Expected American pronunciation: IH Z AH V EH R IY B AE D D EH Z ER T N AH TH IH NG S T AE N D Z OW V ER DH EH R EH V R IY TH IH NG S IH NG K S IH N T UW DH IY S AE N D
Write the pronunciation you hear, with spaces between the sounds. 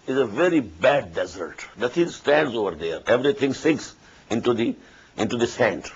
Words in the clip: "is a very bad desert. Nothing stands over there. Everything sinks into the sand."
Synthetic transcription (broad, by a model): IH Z AH V EH R IY B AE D D EH Z ER T N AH T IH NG S T AE N D Z OW V ER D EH R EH V R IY T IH NG S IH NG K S IH N T UW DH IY S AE N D